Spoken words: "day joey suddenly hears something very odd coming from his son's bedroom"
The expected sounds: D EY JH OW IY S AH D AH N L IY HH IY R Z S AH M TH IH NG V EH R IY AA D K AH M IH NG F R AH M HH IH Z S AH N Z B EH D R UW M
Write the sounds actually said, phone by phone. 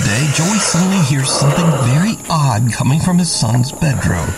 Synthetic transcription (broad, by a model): D EY JH OW IY S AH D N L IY HH IY R Z S AH M TH IH NG V EH R IY AA D K AH M IH NG F R AH M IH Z S AH N Z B EH D R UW M